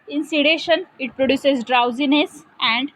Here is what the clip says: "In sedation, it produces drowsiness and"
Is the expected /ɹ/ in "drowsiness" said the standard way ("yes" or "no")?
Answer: yes